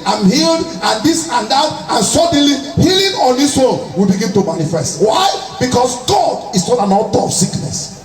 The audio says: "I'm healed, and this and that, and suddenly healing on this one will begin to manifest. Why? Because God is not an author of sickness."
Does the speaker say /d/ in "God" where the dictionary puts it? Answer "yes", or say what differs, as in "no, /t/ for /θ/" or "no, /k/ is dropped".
yes